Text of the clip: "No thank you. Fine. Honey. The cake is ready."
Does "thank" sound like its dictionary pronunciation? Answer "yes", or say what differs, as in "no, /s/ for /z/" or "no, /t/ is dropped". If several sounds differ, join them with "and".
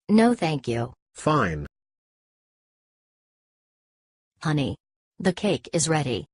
yes